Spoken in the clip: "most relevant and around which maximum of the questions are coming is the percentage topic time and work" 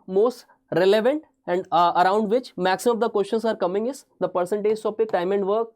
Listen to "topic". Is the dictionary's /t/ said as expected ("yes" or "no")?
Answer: no